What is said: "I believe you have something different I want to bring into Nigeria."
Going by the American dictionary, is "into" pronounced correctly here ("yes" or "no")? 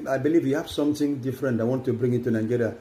no